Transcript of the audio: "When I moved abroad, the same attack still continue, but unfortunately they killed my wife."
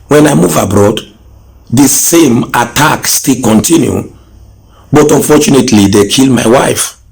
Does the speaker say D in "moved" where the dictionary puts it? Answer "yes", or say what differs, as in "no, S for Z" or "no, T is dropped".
no, D is dropped